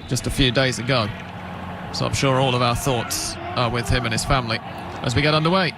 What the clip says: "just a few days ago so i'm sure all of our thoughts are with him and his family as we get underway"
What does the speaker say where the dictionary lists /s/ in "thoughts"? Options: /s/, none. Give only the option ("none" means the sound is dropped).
/s/